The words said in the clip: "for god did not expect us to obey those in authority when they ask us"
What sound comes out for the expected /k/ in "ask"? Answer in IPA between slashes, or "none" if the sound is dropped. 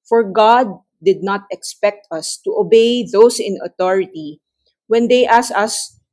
none